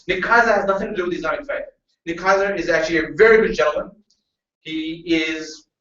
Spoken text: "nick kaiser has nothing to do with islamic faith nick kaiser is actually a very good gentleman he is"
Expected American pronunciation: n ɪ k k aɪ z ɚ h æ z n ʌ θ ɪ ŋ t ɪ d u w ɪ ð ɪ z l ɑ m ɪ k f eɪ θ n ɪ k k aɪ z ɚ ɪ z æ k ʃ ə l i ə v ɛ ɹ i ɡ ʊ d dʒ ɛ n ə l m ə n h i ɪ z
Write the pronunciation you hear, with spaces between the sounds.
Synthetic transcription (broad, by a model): n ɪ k k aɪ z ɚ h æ z n ʌ θ ɪ ŋ t ɪ d u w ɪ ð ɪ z ɑ ɪ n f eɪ t n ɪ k k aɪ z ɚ ɪ z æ k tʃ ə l i ə v ɛ ɹ i ɡ ʊ d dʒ ɛ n l m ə n h i ɪ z